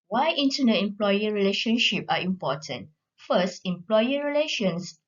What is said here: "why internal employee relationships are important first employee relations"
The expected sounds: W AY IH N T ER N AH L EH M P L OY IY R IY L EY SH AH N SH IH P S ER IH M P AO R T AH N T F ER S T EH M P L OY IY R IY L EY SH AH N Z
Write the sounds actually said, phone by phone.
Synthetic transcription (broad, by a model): W AY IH N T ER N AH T EH M P L OY IY R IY L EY SH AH N SH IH P AA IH M P AO T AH N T F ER S T EH M P L OY IY R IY L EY SH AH N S